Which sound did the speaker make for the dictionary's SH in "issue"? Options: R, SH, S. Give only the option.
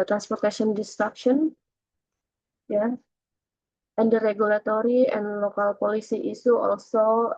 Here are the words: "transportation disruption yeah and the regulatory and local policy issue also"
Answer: S